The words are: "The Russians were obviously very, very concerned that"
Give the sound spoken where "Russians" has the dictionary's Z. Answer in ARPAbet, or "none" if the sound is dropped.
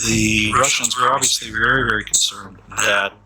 Z